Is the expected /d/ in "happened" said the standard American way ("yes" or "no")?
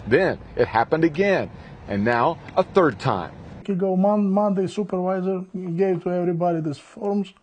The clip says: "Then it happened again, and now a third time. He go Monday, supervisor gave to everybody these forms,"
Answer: yes